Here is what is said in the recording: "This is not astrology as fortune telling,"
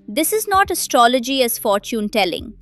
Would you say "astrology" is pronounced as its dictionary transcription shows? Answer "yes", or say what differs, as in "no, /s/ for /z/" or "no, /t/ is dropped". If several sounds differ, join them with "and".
yes